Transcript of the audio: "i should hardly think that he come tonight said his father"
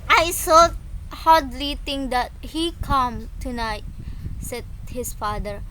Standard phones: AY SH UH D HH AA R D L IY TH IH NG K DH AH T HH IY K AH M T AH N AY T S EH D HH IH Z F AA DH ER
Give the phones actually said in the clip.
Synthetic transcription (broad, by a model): AY S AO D HH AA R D L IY T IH NG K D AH T HH IY K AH M T AH N AY T S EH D HH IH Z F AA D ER